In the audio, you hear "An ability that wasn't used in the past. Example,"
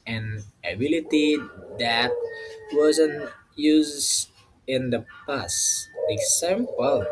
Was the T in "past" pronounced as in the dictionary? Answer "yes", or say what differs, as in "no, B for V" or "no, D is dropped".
no, T is dropped